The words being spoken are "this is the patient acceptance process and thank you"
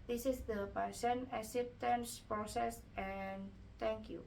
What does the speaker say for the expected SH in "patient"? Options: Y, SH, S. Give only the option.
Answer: S